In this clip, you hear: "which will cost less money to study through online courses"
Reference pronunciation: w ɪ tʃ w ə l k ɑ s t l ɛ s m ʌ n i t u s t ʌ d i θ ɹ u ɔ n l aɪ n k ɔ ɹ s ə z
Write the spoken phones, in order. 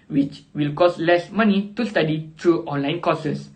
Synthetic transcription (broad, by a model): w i tʃ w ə l k ɑ s l ɛ s m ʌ n i t u s t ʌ d i t ɹ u ɔ n l aɪ n k ɔ s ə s